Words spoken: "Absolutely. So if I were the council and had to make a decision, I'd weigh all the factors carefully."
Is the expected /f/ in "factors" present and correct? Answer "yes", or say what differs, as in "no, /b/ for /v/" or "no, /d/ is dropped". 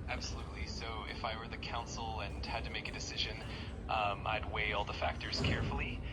yes